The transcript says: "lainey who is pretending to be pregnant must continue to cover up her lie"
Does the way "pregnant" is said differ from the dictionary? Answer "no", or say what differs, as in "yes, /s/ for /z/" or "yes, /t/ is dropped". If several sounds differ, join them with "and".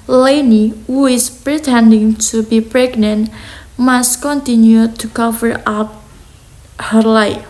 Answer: no